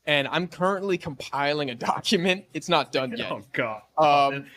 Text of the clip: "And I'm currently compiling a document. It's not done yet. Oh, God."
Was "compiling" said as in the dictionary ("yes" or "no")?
yes